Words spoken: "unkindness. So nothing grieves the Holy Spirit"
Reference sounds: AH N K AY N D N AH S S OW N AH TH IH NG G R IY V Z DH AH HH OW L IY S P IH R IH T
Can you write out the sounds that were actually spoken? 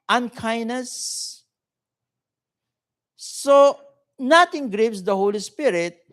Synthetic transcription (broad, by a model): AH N K AY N N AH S S OW N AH T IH NG G R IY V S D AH HH OW L IY S P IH R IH T